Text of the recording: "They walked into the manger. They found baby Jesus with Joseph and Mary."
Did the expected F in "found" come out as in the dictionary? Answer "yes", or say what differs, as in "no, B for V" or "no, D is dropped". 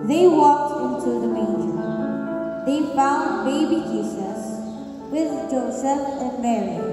yes